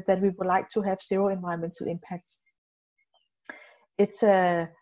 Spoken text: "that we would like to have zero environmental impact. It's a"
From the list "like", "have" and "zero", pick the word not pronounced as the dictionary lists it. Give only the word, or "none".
zero